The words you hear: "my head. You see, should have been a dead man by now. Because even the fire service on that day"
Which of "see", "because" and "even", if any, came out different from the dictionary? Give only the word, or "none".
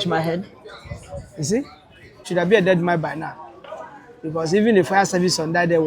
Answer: because